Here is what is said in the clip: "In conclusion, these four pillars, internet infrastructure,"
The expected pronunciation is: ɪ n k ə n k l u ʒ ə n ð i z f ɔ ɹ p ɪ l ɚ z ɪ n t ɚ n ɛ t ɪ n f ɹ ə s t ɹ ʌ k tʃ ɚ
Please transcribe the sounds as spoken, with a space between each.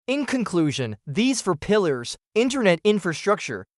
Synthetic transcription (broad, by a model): ɪ n k ə n k l u ʒ ə n ð i z f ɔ ɹ p ɪ l ɚ z ɪ n t ɚ n ɛ t ɪ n f ɹ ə s t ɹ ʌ k tʃ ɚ